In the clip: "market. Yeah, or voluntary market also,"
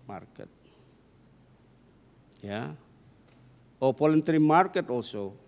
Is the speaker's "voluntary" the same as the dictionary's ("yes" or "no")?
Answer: no